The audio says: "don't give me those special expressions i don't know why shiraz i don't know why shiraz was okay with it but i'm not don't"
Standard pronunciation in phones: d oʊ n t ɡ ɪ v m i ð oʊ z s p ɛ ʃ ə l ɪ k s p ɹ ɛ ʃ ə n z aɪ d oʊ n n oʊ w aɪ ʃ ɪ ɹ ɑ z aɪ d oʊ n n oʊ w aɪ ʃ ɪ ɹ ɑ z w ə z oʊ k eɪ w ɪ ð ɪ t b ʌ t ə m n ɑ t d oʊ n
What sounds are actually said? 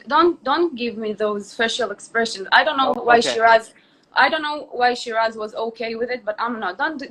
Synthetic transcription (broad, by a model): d oʊ n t ɡ ɪ v m i ð oʊ z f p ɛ ʃ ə l ɪ k s p ɹ ɛ ʃ ə n z aɪ d oʊ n n oʊ w aɪ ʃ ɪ ɹ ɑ z aɪ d oʊ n n oʊ w aɪ ʃ ɪ ɹ ɑ z w ə z oʊ k eɪ w ɪ ð ɪ t b ʌ t ə m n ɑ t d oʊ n